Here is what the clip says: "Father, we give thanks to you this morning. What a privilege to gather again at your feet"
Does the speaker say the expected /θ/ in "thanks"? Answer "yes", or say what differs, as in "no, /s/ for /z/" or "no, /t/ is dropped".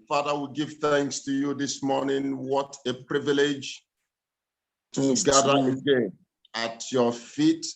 yes